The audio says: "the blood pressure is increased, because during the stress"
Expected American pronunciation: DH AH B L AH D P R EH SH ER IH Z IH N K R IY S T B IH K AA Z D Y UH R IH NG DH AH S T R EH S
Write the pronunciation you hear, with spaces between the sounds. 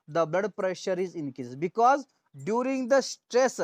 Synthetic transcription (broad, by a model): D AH B L AH D P R EH SH ER IH Z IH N K R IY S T B IH K AA Z D Y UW R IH NG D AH S T R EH S